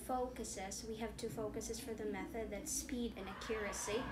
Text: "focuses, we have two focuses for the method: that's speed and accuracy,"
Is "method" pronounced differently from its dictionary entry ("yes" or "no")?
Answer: no